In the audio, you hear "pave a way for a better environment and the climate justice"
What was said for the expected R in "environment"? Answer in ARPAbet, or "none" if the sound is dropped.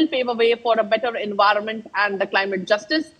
R